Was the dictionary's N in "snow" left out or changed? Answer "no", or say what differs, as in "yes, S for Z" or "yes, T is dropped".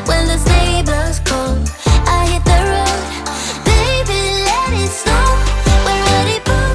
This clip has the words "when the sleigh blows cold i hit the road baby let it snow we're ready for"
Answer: yes, N is dropped